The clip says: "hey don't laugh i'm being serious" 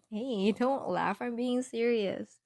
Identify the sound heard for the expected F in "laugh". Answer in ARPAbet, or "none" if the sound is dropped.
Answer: F